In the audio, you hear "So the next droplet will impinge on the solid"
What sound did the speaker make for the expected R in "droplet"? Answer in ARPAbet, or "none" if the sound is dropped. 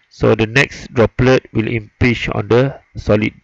R